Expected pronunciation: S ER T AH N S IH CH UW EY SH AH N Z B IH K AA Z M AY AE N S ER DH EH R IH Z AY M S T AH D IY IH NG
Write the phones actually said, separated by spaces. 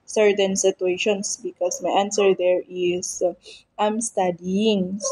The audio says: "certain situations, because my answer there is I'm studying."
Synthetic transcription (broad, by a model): S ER T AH N S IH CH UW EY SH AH N S B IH K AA S M AY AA N S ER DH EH R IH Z AY M S T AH D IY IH NG